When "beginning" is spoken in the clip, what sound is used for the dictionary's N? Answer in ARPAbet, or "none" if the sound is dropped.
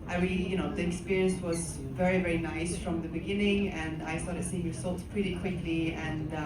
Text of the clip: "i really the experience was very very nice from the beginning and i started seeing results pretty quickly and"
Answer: N